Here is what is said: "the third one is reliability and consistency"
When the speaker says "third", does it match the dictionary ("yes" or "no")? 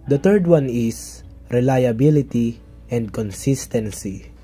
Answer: no